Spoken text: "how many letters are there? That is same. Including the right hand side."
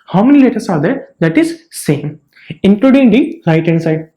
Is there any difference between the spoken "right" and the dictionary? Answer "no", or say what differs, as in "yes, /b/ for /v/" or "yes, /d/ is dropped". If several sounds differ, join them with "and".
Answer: yes, /l/ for /ɹ/